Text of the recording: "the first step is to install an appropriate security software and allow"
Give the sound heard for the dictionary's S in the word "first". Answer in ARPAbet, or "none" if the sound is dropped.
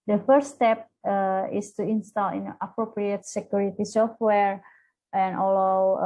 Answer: none